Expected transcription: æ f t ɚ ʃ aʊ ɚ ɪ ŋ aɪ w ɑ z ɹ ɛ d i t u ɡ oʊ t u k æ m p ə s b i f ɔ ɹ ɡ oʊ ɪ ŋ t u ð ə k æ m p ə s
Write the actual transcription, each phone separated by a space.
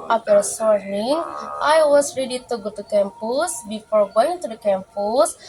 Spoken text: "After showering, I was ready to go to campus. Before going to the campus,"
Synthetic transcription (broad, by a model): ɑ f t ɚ s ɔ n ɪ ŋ aɪ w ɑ s ɹ ɛ d i t u ɡ oʊ t u k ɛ m p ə s b i f ɔ ɹ ɡ oʊ ɪ ŋ t u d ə k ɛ m p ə s